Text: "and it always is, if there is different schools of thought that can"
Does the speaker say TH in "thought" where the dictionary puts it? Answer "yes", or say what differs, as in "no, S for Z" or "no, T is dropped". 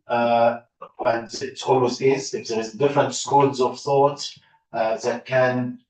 yes